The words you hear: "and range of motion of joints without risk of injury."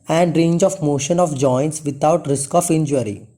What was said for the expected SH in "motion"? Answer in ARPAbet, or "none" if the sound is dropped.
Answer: SH